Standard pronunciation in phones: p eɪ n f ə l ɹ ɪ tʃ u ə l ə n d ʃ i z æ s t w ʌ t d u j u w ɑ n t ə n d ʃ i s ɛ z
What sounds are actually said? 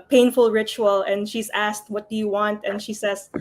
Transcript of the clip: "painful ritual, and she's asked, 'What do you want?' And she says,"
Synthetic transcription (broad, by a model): p eɪ n f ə l ɹ ɪ tʃ u ə l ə n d ʃ i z æ s t w ʌ t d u j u w ɑ n t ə n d ʃ i s ɛ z